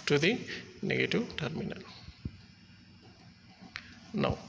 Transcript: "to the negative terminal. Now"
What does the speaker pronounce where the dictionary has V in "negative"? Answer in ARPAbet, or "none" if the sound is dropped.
W